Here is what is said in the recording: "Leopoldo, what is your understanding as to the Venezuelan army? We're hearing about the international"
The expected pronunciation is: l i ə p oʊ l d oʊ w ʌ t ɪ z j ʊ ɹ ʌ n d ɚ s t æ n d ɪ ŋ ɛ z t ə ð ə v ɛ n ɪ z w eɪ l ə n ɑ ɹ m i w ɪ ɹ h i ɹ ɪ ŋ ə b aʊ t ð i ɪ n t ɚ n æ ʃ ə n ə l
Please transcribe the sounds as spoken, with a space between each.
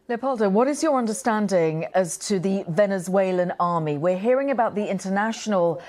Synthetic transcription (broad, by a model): l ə p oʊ l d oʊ w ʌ t ɪ z j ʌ ɹ ʌ n d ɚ s t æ n d ɪ ŋ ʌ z t ə ð ə v ɛ n ɪ z w eɪ l ə n ɑ ɹ m i w ɪ ɹ h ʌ ɹ ɪ ŋ ə b aʊ t ð i ɪ n t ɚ n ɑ ʃ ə n ə l